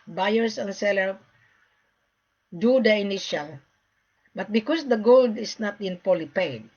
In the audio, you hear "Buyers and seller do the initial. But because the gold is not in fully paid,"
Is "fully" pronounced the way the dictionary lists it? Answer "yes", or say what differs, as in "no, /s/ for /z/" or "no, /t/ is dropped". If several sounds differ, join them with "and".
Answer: no, /p/ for /f/